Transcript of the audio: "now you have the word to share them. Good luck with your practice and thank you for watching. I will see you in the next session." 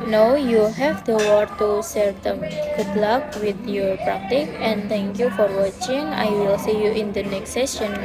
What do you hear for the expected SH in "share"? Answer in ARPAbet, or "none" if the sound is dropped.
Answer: S